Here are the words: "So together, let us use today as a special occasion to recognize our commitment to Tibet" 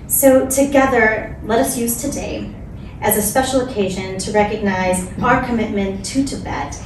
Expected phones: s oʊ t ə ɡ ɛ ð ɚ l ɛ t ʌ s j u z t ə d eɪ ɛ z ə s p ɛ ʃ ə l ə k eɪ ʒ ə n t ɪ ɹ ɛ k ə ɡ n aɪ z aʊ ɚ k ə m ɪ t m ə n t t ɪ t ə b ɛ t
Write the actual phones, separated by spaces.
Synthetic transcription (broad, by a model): s oʊ t ə ɡ ɛ ð ɚ l ɛ t ʌ s j u z t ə d eɪ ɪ z ə s p ɛ ʃ l ə k eɪ ʒ ə n t ɪ ɹ ɛ k ə ɡ n aɪ z aʊ ɚ k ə m ɪ t m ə n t t ɪ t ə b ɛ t